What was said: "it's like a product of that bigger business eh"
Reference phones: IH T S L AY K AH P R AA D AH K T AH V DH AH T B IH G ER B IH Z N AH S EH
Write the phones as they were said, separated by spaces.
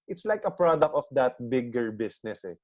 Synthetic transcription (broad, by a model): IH T S L AY K AH P R AA D AH K T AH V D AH T B IH G ER B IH S N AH S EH